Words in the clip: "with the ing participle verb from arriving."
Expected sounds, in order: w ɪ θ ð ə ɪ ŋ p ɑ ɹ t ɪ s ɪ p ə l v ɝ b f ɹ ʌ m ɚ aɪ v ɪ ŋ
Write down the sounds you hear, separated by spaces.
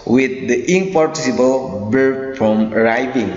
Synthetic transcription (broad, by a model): w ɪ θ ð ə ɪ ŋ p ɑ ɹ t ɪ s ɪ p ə l b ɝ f ɹ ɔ m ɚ aɪ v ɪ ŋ